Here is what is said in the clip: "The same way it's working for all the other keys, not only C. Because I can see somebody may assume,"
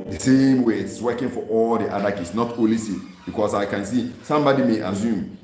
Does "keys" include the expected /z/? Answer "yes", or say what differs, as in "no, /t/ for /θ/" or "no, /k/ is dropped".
no, /s/ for /z/